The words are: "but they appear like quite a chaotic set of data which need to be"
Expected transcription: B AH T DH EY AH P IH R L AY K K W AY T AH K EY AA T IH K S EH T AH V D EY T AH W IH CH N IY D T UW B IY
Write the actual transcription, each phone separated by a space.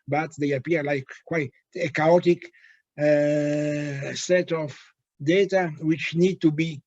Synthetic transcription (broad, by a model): B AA T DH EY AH P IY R L AY K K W AY AH K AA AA T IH K S EH T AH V D EY T AH W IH CH N IY D T UW B IY